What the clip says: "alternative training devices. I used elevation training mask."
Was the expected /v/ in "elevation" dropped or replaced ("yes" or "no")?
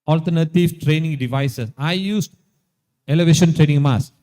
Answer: no